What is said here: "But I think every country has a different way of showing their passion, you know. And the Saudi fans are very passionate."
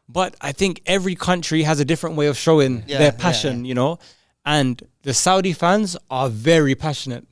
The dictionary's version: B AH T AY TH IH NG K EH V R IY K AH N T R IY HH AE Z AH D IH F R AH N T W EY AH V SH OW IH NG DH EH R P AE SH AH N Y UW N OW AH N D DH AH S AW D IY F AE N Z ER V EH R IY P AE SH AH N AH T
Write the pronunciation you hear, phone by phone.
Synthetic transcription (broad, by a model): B AH T AY TH IH NG K EH V R IY K AH N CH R IY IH Z AH D IH F R AH N T W EY AH V SH OW IH NG DH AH R P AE SH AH N Y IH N OW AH N DH AH S AW D IY F AE N Z ER V EH R IY P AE SH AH N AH T